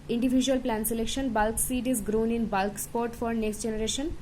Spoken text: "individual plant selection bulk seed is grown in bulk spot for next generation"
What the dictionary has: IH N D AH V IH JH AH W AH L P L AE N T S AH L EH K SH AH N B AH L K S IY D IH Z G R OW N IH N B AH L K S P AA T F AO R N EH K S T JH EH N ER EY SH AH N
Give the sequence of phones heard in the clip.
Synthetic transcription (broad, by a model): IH N D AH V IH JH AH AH L P L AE N S AH L EH K SH AH N B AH L K S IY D IH Z G R OW N IH N B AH L K S P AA T F AO R N EH K S T JH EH N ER EY SH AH N